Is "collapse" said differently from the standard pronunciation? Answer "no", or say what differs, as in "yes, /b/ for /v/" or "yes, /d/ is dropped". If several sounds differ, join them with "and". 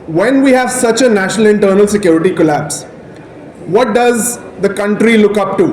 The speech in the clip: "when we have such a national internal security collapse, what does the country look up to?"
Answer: no